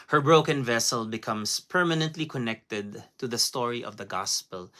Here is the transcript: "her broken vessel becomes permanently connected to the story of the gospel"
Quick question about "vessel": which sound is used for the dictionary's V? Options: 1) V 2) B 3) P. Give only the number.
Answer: 1